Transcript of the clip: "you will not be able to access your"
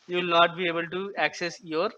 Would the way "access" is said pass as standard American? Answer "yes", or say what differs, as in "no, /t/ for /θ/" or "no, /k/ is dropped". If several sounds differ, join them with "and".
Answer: yes